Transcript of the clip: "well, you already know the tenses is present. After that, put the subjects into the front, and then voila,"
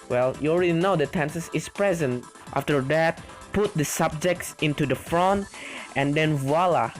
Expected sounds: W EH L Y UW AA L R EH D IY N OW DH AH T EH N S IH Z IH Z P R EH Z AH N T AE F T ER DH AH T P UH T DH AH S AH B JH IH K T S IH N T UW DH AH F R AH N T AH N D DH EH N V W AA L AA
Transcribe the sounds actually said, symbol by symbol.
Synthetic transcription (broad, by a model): W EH L Y UW AA L R EH D IY N OW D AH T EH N S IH S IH S P R EH Z AH N T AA F T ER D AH T P UH T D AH S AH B JH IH K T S IH N T UW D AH F R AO N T AH N D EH N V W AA L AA